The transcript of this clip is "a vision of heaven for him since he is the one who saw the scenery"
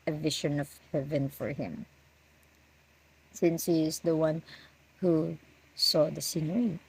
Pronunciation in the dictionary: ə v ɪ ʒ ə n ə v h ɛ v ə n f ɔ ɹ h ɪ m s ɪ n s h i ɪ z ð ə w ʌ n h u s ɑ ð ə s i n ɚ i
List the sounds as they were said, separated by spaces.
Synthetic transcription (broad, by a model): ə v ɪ ʃ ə n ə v h ɛ v ə n f ɔ ɹ h ɪ m s ɪ n s h i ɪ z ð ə w ʌ n h u s ɑ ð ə s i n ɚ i